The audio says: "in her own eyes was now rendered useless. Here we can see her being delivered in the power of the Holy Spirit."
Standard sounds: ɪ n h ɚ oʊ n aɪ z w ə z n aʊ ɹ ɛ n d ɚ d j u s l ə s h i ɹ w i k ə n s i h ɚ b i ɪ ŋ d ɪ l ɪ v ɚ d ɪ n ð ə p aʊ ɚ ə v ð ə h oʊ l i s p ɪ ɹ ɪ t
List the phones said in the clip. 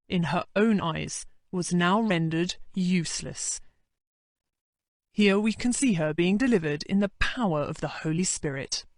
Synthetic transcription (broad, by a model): ɪ n ɚ oʊ n aɪ z w ə z n aʊ ɹ ɛ n d ɚ d j u s l ə s h i ɹ w i k ə n s i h ɚ b i ɪ ŋ d ɪ l ɪ v ɚ d ɪ n ð ə p aʊ ɚ ə v ð ə h oʊ l i s p ɪ ɹ ɪ t